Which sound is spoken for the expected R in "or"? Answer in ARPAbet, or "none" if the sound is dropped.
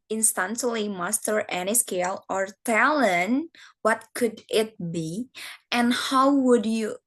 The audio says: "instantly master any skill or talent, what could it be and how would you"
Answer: R